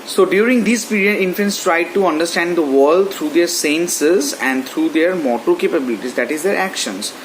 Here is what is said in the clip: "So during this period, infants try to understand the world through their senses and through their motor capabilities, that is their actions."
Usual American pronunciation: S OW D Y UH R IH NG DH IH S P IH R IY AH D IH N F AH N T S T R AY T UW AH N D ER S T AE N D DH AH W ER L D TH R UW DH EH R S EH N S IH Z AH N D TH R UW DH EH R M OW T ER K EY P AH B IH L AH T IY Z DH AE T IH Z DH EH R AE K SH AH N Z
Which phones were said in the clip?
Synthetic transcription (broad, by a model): S OW D Y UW R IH NG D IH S P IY R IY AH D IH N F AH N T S T R AY T UW AH N D ER S T AE N D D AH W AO L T R UW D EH R S EH N S IH Z AH N D T R UW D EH R M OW T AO K EY P AH B IH L AH T IY Z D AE T IH Z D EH R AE K SH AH N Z